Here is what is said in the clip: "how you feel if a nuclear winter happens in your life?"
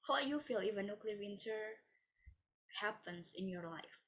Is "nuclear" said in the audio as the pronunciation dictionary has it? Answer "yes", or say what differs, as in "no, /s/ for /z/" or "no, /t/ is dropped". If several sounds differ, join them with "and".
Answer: yes